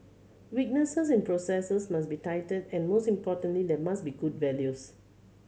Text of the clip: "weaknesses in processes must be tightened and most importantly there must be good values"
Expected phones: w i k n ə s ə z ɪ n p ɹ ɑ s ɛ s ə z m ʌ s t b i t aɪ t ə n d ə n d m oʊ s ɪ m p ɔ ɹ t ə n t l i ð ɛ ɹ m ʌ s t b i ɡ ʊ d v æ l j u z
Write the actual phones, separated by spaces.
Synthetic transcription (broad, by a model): w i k n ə s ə s ɪ n p ɹ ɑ s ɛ s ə s m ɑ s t b i t aɪ t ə d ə n m oʊ s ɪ m p ɔ t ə n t l i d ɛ m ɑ s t b i ɡ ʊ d v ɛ l j u s